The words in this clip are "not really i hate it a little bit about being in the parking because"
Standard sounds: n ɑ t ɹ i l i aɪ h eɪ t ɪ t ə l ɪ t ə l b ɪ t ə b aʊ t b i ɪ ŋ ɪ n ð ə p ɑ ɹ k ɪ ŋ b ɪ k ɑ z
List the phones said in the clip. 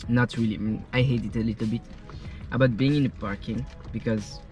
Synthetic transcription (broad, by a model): n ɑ t ɹ i l i aɪ h eɪ t ɪ t ə l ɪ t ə l b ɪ t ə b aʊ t b i ɪ ŋ ɪ n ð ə p ɑ ɹ k ɪ ŋ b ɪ k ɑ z